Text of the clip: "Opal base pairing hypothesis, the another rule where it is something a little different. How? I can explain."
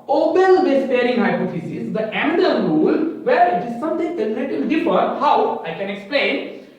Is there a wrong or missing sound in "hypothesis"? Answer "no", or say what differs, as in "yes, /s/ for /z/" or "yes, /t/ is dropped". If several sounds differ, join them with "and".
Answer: yes, /f/ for /θ/